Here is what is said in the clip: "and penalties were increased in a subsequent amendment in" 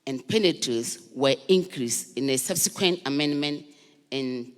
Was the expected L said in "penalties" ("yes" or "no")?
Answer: no